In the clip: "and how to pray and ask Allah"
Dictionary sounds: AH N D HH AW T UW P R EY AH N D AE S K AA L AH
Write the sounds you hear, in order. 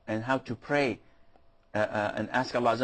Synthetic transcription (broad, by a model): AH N HH AW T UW P R EY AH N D AE S K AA L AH